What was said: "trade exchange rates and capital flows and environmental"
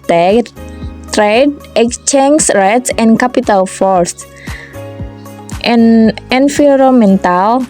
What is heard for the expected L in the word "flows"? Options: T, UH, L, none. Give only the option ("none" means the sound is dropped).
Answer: none